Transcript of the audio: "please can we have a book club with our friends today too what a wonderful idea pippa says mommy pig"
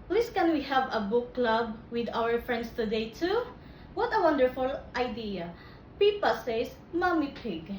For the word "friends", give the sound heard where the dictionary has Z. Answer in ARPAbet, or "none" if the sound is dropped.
S